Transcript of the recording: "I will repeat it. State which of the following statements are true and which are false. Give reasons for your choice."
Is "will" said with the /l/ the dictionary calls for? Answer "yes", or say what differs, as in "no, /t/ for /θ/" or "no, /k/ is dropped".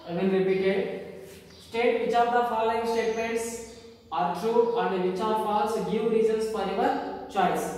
no, /n/ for /l/